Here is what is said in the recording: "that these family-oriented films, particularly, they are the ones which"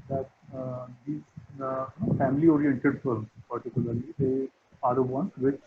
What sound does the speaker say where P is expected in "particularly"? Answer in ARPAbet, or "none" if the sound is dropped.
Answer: P